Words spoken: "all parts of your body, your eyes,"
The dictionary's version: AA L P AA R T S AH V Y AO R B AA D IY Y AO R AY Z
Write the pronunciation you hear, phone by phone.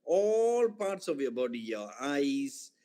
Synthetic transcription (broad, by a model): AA L P AA R T S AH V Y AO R B AA D IY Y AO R AY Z